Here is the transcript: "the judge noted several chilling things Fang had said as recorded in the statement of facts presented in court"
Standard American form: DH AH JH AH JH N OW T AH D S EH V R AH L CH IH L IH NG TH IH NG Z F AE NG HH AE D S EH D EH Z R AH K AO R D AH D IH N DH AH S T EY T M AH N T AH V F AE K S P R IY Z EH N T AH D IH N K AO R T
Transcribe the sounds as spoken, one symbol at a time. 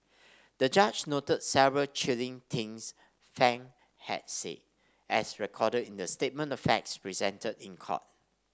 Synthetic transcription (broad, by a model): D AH JH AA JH N OW T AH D S EH V R AH L CH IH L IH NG T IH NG S F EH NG HH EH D S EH EH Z R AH K AO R D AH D IH N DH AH S T EY T M AH N T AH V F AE K S P R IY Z EH N T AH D IH N K AO T